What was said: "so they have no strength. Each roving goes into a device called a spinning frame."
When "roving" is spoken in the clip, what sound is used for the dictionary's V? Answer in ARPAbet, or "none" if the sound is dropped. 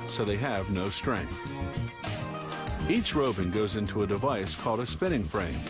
B